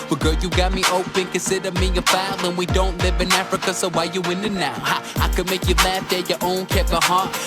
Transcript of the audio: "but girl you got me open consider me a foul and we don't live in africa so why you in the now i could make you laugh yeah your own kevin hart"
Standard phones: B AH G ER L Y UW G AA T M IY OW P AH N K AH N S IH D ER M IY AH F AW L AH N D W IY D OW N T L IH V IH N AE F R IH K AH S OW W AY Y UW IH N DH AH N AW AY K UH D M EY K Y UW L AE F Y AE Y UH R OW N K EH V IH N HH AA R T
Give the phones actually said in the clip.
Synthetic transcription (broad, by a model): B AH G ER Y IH G AA T M IY OW P AH N K AH N S IH D ER M IY AH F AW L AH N W IY D OW N T L IH V IH N AE F R IH K AH S OW W AY Y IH IH N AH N AW AY K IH D M EY K Y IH L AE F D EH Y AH R OW N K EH P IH HH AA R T